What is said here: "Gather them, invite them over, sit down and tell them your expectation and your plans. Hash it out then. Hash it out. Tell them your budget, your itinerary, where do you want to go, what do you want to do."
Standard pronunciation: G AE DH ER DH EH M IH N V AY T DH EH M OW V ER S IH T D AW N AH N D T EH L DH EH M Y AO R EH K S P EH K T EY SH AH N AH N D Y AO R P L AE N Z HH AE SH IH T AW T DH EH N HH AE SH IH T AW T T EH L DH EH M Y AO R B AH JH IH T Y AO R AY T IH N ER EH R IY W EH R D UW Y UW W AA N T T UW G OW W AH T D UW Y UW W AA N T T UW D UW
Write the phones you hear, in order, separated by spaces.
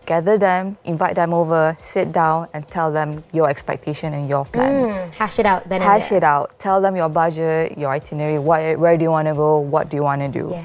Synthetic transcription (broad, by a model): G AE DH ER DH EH M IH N V AY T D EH M OW V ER S IH T D AW N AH N T EH L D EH M Y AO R EH K S P EH K T EY SH AH N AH N Y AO P L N S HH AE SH IH T AW T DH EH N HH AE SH IH T AW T T EH L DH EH M Y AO B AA JH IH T Y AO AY T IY N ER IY W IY W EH D UW Y UW W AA N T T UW G OW W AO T D UW Y UW W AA N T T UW D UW